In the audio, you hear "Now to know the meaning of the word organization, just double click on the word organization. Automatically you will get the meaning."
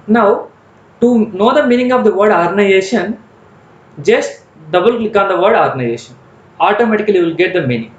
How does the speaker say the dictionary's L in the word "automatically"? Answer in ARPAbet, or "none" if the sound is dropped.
none